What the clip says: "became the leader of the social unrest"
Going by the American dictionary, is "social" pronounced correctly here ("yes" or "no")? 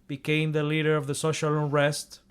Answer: yes